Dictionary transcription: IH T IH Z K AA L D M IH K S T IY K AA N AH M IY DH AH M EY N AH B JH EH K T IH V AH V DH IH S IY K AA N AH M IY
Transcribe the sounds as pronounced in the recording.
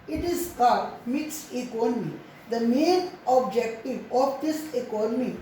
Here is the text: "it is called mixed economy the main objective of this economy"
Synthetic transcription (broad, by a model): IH T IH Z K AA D M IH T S IY K AA N AH M IY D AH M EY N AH B JH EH K T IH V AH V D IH S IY K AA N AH M IY